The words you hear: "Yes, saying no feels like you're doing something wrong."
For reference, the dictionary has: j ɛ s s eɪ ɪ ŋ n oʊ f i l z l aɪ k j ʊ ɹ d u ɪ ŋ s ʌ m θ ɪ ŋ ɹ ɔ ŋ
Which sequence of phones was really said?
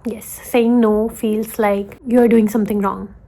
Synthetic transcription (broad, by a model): j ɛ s s eɪ ɪ ŋ n oʊ f i l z l aɪ k j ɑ ɹ d u ɪ ŋ s ʌ m t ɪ ŋ ɹ ɔ ŋ